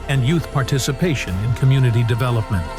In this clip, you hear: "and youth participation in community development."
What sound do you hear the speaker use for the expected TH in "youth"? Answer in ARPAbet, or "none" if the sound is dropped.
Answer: TH